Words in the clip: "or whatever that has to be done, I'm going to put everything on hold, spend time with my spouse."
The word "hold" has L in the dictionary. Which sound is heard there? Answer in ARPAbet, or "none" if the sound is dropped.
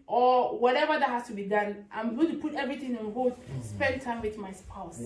none